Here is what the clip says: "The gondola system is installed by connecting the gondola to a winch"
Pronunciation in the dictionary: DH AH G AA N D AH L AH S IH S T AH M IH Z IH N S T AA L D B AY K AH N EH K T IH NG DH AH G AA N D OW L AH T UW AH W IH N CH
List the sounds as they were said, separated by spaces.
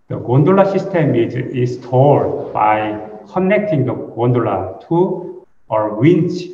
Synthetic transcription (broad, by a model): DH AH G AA N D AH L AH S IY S T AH M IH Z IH S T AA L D B AY K AH N EH K T IH NG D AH G AA N D OW L AH T UW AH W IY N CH